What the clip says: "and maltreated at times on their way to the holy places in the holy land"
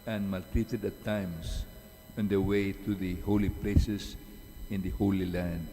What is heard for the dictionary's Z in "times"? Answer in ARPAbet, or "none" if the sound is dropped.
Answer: S